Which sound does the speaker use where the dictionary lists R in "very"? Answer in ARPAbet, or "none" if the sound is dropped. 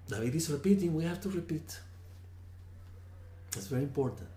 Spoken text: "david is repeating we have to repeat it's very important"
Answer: R